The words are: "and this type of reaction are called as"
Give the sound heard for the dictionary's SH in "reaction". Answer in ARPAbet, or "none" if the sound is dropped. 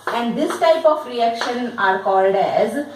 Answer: SH